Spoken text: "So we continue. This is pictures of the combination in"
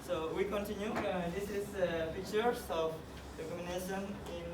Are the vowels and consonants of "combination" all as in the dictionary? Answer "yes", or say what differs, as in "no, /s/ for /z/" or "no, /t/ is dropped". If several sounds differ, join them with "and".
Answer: no, /b/ is dropped